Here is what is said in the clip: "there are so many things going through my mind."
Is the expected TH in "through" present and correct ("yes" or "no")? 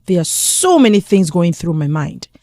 yes